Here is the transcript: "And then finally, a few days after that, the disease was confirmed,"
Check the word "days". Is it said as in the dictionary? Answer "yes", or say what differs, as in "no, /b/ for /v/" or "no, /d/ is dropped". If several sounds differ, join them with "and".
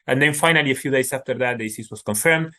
no, /s/ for /z/